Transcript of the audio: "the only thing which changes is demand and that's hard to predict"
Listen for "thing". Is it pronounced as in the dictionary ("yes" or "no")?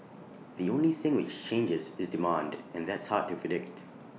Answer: yes